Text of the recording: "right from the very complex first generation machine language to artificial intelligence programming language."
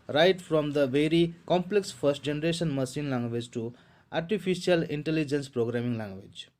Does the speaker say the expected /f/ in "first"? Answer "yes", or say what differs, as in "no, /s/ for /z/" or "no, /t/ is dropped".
no, /p/ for /f/